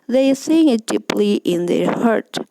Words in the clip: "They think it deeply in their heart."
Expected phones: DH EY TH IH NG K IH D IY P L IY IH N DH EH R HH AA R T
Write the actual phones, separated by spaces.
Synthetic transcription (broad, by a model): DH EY S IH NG IH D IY P L IY IH N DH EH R HH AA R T